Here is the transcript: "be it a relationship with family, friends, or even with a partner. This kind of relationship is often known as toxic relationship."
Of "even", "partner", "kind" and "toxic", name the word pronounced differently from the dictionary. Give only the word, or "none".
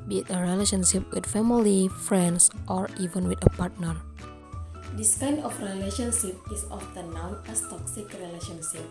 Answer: kind